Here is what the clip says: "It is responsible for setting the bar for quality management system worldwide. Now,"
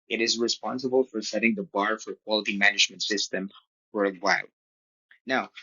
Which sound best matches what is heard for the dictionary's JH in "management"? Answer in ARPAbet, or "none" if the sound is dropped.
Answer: JH